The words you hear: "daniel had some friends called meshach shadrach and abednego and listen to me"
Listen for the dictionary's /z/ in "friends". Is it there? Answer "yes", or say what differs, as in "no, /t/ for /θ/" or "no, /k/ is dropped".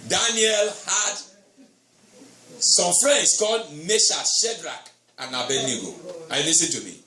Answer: no, /s/ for /z/